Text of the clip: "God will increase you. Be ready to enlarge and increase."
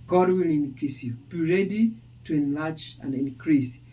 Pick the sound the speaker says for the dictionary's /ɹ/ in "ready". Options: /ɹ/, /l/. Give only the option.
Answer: /ɹ/